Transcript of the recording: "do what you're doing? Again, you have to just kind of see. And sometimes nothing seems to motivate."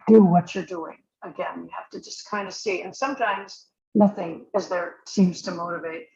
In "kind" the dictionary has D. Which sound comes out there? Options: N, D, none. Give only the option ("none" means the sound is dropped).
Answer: D